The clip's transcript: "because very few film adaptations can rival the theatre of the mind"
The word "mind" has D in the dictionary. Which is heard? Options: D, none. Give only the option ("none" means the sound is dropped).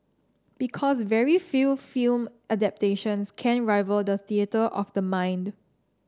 D